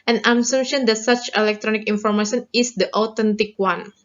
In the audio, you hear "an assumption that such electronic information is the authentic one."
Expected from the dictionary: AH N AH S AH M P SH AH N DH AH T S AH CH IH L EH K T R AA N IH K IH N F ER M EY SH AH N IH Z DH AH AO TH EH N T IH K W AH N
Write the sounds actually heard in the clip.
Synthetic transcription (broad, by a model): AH N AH S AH M SH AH N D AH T S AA CH IH L EH K T R AA N IH K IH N F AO M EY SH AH N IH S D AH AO T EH N T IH K W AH N